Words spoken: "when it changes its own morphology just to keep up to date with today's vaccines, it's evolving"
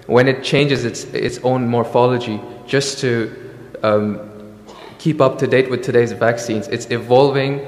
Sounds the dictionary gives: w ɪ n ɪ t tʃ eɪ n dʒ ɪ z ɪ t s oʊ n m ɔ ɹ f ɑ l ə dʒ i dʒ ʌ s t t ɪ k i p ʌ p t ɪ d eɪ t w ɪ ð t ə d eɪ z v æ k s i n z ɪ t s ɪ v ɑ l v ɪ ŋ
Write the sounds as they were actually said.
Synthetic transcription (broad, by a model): w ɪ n ɪ t tʃ eɪ n dʒ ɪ z ɪ t s oʊ n m ɔ ɹ f ɑ l ə dʒ i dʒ ʌ s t t ɪ k i p ʌ p t ɪ d eɪ t w ɪ ð t ə d eɪ z v æ k s i n z ɪ t s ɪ v ɑ l v ɪ ŋ